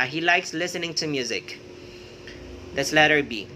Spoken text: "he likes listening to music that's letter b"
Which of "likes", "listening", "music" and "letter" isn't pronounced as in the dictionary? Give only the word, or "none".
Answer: none